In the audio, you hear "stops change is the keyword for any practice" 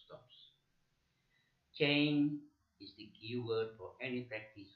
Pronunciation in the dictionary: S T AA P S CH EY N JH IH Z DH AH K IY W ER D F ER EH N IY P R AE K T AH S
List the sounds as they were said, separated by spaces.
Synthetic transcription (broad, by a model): S T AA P S CH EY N IH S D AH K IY W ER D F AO EH N IY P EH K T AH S